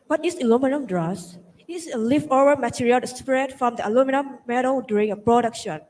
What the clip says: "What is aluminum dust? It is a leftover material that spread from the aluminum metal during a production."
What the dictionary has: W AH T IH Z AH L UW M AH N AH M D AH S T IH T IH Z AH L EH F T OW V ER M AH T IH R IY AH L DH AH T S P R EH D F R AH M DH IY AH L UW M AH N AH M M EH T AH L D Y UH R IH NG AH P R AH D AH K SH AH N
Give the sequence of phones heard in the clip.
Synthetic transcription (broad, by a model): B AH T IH S AH L UW M AH N AH M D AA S IH T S AH L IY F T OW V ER M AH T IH R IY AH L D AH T S P R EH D F R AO M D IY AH L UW M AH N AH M M EH T AH L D Y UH R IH NG AH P R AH D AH K SH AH N